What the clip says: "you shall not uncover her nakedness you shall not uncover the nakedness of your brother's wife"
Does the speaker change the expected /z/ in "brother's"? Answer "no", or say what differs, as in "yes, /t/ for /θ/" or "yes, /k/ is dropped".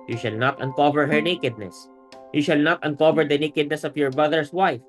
yes, /s/ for /z/